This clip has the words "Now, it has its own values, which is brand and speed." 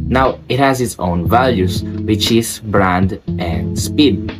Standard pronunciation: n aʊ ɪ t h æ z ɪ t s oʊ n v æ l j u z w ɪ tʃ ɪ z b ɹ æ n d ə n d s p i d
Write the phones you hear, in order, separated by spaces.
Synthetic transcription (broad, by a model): n aʊ ɪ t h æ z ɪ t s oʊ n v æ l j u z w ɪ tʃ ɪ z b ɹ æ n d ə n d s p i d